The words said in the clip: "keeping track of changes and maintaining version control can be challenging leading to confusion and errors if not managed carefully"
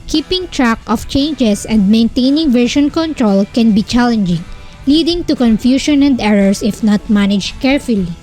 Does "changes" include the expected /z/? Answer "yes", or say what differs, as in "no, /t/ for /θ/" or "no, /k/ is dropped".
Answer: no, /s/ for /z/